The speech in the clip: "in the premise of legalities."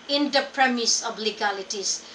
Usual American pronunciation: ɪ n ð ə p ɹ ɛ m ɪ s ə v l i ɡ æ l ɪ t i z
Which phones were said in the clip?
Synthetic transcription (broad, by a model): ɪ n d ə p ɹ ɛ m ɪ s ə b l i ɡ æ l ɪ t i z